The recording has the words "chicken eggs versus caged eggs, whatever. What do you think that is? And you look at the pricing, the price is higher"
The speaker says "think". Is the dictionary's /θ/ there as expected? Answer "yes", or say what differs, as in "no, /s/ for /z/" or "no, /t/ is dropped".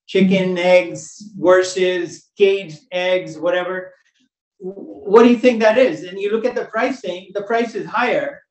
yes